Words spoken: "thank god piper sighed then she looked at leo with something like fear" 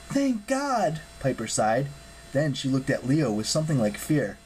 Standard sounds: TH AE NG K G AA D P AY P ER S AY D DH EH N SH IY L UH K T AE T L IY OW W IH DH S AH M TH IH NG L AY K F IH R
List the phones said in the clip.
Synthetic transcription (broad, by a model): TH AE NG K G AA D P AY P ER S AY D DH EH N SH IY L UH K T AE T L IY OW W IH DH S AH M TH IH NG L AY K F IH R